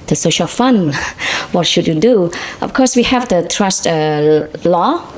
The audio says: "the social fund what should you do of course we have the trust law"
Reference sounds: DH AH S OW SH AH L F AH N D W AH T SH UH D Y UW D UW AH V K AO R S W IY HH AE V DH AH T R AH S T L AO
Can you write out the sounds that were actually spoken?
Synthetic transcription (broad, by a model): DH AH S OW SH AH L F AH N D W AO T SH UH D Y UW D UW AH F K AO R S W IY HH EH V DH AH T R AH S T L AO